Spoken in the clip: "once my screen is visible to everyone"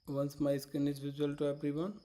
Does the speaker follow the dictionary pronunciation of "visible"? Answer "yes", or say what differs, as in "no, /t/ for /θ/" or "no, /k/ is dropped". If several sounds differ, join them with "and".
no, /b/ is dropped